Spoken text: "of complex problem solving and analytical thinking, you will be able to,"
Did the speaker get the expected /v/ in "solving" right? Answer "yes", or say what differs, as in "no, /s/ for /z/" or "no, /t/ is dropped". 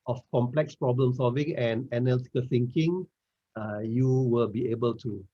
yes